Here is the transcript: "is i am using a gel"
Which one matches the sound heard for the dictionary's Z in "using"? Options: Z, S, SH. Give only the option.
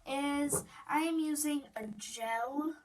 Z